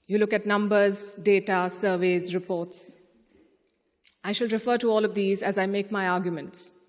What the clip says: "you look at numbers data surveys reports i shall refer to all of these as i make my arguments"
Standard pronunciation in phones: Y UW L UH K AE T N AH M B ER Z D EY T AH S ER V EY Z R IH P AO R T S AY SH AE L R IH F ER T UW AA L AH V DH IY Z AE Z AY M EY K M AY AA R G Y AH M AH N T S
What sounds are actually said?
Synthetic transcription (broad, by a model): Y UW L UH K AE T N AH M B ER Z D EY T AH S ER V EY Z R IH P AO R T S AY SH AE L R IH F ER T UW AA L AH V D IY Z AE Z AY M EY K M AY AA R G Y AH M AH N T S